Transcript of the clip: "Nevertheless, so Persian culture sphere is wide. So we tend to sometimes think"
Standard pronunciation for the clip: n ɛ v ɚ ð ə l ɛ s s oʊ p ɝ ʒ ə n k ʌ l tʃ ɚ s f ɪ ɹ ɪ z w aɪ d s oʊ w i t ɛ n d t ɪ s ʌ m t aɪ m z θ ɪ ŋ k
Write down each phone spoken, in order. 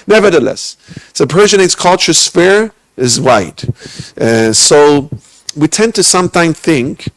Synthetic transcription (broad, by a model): n ɛ v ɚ ð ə l ɛ s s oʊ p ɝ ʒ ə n k ʌ l tʃ ɚ s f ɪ ɹ ɪ z w aɪ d s oʊ w i t ɛ n t ɪ s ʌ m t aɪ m θ ɪ ŋ k